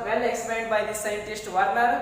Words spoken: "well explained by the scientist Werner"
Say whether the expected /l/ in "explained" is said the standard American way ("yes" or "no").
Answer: no